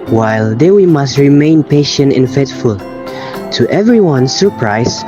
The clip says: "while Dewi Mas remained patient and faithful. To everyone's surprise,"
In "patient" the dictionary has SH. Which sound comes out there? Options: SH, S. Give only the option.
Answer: SH